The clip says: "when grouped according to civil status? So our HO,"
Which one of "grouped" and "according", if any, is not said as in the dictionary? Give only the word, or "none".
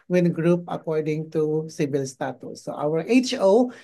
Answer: grouped